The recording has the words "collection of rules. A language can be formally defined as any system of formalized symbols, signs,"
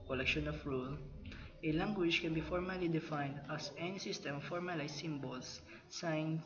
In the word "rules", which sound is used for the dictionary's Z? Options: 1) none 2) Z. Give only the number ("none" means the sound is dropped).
1